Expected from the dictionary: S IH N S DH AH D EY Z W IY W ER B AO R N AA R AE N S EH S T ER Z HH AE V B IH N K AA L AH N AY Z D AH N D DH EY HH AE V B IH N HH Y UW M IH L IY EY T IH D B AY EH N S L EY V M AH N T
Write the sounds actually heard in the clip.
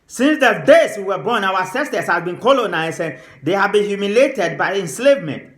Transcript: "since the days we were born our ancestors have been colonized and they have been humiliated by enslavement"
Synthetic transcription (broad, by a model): S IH N S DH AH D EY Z W IY W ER B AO N AA W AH S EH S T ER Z HH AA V B IH N K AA L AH N AY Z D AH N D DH EY HH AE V B IH N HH Y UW M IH L EY T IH D B AY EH N S L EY V M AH N T